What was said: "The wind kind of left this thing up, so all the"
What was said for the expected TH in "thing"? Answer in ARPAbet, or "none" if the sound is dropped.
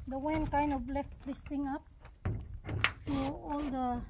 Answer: T